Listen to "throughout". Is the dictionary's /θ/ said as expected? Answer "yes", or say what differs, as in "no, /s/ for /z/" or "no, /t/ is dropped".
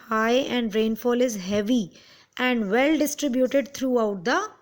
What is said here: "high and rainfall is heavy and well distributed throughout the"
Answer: no, /t/ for /θ/